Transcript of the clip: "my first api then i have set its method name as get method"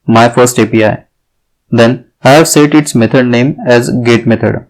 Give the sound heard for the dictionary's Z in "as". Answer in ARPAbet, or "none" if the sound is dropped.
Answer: Z